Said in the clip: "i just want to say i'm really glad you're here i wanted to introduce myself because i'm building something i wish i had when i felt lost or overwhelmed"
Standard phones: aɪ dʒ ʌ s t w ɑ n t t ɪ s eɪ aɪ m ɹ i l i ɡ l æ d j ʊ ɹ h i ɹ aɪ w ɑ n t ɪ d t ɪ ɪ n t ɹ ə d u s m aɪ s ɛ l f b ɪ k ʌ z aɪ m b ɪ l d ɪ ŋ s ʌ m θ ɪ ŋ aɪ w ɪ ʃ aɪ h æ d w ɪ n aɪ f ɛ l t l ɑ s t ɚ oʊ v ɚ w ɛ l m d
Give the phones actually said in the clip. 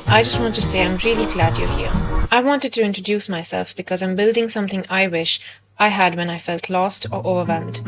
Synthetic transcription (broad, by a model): aɪ dʒ ʌ s t w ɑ n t t ɪ s eɪ aɪ m ɹ i l i ɡ l æ d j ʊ h i ɹ aɪ w ɑ n t ɪ d t ɪ ɪ n t ɹ ə d u s m aɪ s ɛ l f b ɪ k ʌ z aɪ m b ɪ l d ɪ ŋ s ʌ m θ ɪ ŋ aɪ w ɪ ʃ aɪ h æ d w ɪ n aɪ f ɛ l t l ɑ s t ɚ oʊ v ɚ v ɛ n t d